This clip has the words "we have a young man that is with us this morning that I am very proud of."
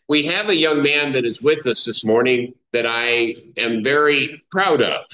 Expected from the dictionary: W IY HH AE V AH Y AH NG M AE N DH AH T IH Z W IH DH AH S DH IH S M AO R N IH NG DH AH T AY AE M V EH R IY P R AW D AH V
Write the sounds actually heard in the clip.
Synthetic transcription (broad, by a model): W IY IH V AH Y AH NG M AE N DH AH T IH Z W IH DH AH S DH IH S M AO R N IH NG DH AH T AY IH M V EH R IY P R AW D AH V